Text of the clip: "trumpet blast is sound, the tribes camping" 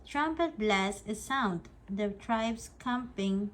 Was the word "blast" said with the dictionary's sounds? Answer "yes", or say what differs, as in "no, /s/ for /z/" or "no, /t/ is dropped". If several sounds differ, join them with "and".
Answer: no, /t/ is dropped